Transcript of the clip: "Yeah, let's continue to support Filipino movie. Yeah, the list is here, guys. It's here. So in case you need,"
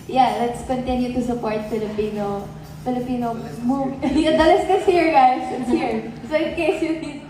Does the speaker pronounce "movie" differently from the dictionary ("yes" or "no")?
yes